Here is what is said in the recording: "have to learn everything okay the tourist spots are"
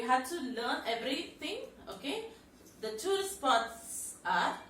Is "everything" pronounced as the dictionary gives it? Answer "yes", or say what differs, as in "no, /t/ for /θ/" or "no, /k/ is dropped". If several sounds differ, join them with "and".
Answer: no, /t/ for /θ/